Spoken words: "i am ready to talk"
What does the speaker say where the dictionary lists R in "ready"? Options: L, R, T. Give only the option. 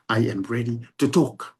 R